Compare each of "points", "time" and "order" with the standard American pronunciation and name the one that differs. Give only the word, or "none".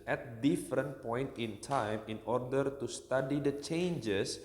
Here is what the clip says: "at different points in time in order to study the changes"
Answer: points